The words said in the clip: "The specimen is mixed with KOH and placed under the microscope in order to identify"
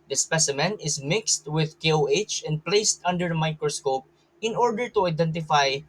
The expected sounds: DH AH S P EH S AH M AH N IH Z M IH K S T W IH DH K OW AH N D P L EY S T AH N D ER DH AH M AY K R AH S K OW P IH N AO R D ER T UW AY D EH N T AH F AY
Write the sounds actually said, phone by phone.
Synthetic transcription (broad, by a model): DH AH S P EH S AH M AH N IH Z M IH K S T W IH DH K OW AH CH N P L EY S T AH N D ER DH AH M AY K R AH S K OW P IH N AO R D ER T UW AY D EH N T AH F AY